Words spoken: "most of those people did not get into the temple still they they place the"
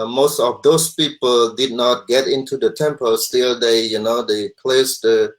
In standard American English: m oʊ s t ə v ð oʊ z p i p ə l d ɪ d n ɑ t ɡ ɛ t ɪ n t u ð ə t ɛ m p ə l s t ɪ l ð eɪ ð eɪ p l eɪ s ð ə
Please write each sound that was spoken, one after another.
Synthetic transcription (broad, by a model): m oʊ s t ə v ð oʊ s p i p ə l d ɪ d n ɑ t ɡ ɛ t ɪ n t u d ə t ɛ m p ə l s t ɪ l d eɪ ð eɪ p l eɪ s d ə